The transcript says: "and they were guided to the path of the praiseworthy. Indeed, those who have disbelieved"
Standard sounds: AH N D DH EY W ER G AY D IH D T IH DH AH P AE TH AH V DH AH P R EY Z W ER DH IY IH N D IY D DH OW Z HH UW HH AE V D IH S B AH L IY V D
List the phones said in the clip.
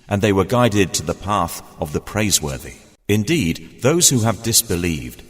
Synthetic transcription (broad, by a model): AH N DH EY W ER G AY D IH D T IH DH AH P AE TH AH V DH AH P R EY Z W ER DH IY IH N D IY D DH OW Z HH UW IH V D IH S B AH L IY V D